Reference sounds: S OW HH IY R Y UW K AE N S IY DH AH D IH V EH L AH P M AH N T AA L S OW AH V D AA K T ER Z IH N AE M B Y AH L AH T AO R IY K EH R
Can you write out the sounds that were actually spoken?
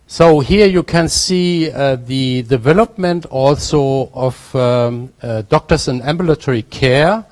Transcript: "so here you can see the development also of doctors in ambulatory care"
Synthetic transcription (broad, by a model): S OW HH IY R Y UW K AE N S IY DH AH D IH V EH L AH P M AH N T AA L S OW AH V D AA K T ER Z IH N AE M B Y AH L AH T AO R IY K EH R